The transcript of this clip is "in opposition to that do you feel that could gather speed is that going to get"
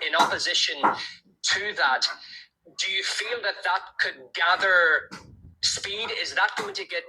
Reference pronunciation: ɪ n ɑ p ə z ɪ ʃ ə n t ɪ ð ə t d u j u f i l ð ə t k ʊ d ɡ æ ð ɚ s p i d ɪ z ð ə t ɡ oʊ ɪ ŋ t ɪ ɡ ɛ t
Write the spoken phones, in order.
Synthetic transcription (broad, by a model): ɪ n ɑ p ə z ɪ ʃ ə n t ɪ ð ə t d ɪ j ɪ f i l ð ə t k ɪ d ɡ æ ð ɚ s p i d ɪ z ð ə t ɡ oʊ ɪ ŋ t ɪ ɡ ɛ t